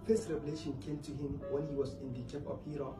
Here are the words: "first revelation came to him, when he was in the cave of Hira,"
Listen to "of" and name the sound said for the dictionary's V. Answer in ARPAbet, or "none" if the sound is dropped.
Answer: P